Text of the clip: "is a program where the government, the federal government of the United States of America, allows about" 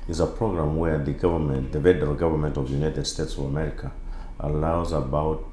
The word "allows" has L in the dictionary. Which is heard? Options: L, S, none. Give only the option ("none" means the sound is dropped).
L